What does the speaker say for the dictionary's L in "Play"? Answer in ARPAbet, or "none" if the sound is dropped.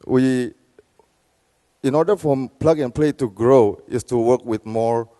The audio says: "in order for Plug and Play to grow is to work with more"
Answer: L